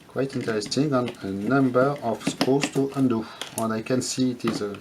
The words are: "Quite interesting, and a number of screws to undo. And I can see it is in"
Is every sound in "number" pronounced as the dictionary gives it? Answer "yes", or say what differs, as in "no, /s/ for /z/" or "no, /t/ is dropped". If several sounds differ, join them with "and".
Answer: yes